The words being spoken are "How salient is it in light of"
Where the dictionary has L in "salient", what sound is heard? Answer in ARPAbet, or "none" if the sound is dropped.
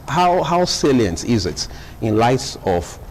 L